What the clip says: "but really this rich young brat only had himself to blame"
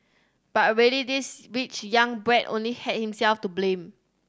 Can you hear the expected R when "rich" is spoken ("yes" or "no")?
no